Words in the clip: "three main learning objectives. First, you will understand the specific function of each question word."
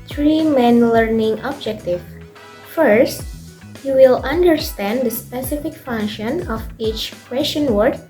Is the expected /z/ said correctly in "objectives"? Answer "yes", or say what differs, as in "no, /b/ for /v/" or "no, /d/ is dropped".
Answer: no, /z/ is dropped